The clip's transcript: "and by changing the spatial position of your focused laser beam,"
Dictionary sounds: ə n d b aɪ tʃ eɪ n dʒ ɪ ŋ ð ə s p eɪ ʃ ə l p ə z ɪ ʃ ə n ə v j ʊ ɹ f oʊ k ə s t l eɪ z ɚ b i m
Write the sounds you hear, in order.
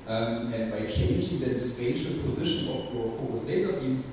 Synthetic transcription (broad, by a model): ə n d b aɪ tʃ eɪ n dʒ ɪ ŋ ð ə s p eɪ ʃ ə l p ə z ɪ ʃ ə n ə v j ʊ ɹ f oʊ ə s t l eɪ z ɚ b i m